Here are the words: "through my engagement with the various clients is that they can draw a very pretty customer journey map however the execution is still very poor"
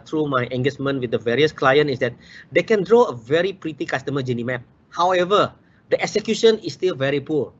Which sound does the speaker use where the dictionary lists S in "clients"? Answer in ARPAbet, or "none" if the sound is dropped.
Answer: none